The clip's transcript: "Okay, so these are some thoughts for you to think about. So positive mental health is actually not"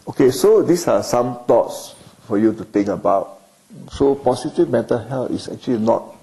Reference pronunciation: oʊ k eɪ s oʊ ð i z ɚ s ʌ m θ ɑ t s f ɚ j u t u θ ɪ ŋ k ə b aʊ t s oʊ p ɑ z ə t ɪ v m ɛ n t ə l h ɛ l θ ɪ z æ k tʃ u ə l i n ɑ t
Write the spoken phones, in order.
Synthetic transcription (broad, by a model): oʊ k eɪ s oʊ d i s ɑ s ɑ m t ɑ t s f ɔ j u t u t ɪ ŋ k ə b aʊ t s oʊ p ɑ s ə t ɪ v m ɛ t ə h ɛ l t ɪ s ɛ k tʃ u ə l i n ɑ t